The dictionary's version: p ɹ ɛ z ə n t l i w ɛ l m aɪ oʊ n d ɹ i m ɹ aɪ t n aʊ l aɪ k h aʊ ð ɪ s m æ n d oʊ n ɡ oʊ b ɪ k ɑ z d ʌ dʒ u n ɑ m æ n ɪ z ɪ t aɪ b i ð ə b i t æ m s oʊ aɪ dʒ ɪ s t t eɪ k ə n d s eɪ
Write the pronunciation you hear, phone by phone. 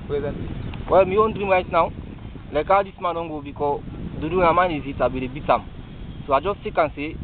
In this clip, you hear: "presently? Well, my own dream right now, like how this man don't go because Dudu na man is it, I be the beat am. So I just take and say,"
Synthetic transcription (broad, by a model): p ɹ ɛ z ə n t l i w ɛ l m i oʊ n d ɹ i m ɹ aɪ t n aʊ l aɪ k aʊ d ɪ s m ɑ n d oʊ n ɡ oʊ b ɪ k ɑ d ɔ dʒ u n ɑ m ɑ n ɪ z ɪ t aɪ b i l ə b i t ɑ m s oʊ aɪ dʒ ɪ s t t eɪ k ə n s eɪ